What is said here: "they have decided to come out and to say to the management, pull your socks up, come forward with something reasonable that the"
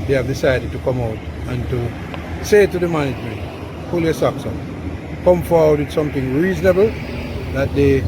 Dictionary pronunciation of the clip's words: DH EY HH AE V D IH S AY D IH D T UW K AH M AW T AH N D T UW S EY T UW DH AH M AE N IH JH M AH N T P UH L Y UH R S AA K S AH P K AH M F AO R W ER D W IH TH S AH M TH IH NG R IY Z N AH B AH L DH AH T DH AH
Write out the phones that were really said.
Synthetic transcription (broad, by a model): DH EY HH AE V D IH S AY D IH D T UW K AH M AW T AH N T UW S EY T UW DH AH M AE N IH JH M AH N T F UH L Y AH S AA K S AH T K AH M F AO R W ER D W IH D S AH M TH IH NG R IY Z N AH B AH L DH AH T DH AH